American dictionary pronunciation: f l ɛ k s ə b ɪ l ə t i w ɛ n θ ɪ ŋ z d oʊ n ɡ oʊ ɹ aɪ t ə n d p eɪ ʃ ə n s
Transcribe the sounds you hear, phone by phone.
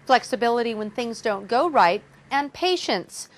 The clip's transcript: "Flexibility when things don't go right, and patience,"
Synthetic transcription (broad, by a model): f l ɛ k s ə b ɪ l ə t i w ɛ n θ ɪ ŋ z d oʊ n ɡ oʊ ɹ aɪ t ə n p eɪ ʃ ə n s